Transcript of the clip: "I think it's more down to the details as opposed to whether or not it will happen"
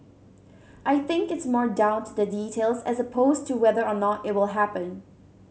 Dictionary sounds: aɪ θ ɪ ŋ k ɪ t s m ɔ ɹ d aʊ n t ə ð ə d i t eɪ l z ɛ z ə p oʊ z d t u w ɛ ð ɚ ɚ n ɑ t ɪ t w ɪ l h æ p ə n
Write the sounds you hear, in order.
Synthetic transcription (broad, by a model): aɪ θ ɪ ŋ k ɪ t s m ɔ ɹ d aʊ n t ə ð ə d i t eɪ l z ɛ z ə p oʊ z t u w ɛ ð ɚ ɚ n ɑ t ɪ t w ɪ l h æ p ə n